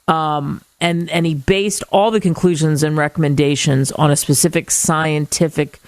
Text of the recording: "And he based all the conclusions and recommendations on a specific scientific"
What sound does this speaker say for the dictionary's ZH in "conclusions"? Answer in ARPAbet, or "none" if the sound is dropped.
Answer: ZH